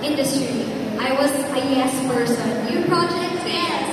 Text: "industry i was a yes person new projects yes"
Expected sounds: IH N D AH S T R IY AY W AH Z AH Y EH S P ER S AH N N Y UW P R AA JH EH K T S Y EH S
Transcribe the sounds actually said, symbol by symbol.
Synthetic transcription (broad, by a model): IH N D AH S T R IY AY W AH Z AH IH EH S F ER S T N N Y UW P R AA JH EH K T S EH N